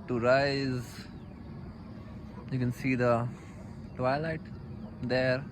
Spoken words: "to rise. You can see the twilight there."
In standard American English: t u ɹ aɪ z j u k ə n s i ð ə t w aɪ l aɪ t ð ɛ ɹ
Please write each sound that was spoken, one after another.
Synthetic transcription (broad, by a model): t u ɹ aɪ z j u k ə n s i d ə t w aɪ l aɪ t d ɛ ɹ